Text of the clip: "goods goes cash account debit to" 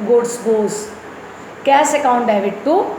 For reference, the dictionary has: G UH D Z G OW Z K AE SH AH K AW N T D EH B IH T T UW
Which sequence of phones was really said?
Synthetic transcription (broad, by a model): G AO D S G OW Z K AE S AH K AW N T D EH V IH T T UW